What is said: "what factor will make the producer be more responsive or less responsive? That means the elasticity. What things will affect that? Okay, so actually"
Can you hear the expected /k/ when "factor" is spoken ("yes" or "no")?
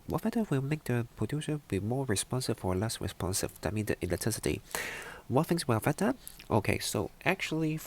no